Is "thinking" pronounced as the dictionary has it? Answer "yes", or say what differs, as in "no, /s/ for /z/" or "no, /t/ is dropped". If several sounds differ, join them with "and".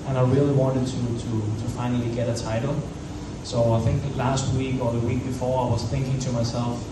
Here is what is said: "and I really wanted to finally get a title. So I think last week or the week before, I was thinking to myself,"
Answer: yes